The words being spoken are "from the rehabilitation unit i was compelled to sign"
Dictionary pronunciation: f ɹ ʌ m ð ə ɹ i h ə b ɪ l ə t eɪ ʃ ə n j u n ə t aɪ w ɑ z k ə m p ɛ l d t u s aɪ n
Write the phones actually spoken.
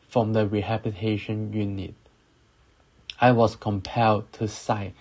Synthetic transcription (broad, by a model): f ɹ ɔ m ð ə ɹ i h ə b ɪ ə t eɪ ʃ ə n j u n ə t aɪ w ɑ s k ə m p ɛ l d t u s aɪ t